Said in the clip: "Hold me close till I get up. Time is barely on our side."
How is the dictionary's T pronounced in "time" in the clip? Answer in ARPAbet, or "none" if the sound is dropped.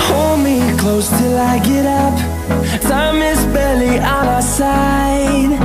S